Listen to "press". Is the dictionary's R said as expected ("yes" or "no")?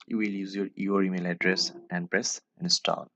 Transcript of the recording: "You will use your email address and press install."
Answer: yes